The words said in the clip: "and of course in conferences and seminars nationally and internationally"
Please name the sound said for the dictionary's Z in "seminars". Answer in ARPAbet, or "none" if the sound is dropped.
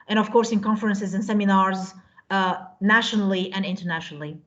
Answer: Z